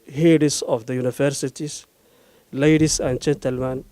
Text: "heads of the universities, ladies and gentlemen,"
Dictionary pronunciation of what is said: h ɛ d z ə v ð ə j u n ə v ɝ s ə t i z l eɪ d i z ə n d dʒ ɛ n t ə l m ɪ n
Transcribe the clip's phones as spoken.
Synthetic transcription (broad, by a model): h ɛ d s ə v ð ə j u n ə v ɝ s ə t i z l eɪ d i s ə n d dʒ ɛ n t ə l m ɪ n